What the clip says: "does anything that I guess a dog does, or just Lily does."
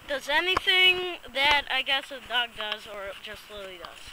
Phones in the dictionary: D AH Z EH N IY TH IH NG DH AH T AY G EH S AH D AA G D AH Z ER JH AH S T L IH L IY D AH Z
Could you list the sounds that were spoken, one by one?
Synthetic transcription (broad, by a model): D AH Z EH N IY TH IH NG DH AH T AY G EH S AH D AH G D AH Z ER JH AH S T L IH L IY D AH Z